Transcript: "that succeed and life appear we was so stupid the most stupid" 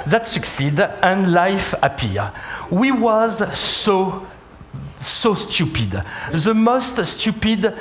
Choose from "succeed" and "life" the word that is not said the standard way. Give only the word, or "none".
none